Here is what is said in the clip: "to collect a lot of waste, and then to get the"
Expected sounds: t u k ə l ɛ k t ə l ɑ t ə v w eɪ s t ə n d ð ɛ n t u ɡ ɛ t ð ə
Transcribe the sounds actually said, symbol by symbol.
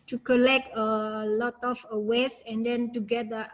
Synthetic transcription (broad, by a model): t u k ə l ɛ k t ə l ɑ t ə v w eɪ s ə n d ɛ n t u ɡ ɛ t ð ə